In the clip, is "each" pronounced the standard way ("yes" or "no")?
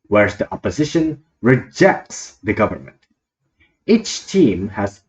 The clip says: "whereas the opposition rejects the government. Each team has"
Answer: yes